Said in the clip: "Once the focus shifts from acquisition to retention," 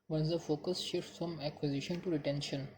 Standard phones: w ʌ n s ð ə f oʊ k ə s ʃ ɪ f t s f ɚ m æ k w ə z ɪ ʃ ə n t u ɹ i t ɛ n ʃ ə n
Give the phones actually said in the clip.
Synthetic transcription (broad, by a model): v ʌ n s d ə f oʊ k ə s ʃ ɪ t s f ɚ m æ k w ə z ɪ ʃ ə n t u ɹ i t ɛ n ʃ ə n